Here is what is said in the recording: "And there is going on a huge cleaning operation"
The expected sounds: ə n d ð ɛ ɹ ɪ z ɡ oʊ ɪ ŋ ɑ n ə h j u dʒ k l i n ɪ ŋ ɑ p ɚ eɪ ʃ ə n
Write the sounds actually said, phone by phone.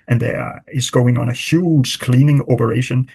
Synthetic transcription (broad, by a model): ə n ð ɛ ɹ ɪ z ɡ oʊ ɪ ŋ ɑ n ə h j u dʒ k l i n ɪ ŋ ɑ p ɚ eɪ ʃ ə n